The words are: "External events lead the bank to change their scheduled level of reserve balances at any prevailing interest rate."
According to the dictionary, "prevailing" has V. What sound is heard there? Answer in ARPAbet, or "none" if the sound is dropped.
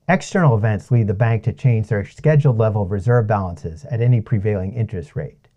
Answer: V